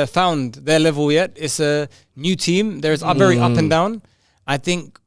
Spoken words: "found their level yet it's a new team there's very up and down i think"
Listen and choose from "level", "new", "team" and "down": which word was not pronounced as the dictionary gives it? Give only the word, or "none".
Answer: none